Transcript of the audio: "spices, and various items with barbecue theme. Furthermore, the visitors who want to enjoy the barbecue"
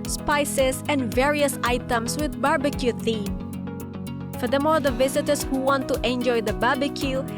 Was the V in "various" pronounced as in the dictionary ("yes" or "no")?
yes